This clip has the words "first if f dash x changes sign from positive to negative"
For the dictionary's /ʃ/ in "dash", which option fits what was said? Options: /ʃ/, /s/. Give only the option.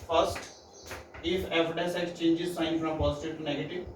/s/